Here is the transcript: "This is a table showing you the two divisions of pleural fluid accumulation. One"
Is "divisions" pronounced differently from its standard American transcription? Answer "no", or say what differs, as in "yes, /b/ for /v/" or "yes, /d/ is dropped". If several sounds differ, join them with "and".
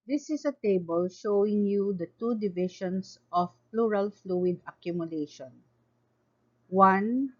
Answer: yes, /ʃ/ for /ʒ/